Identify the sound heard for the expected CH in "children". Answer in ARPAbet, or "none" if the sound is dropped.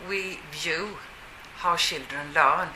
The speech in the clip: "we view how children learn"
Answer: SH